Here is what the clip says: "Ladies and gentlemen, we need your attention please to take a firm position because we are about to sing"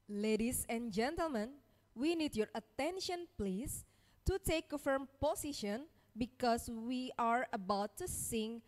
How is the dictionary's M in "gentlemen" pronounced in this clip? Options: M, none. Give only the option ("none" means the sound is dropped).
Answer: M